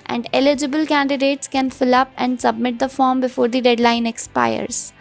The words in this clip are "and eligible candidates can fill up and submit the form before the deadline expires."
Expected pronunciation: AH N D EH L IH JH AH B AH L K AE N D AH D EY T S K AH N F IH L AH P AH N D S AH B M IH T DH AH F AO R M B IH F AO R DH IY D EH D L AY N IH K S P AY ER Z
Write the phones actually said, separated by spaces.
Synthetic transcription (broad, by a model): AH N D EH L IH JH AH B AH L K AE N D AH D EY T S K AH N F IH L AH P AH N D S AH B M IH T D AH F AO R M B IH F AO R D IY D EH D L AY N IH K S P AY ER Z